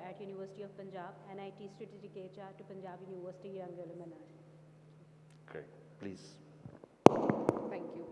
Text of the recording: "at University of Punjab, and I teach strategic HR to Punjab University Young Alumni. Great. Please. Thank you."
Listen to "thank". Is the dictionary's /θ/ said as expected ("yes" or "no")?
no